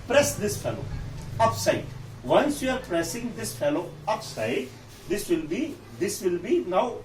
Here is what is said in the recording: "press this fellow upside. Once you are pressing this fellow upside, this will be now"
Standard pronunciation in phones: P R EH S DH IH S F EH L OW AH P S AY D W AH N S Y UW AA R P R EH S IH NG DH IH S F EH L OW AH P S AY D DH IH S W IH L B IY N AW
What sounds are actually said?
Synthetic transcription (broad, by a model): P R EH S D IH S F EH L OW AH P S AY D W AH N S Y UW AA R P R EH S IH NG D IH S F EH L OW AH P S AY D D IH S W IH L B IY N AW